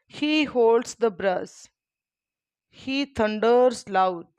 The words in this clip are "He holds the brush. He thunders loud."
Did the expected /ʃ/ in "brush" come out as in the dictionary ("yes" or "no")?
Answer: no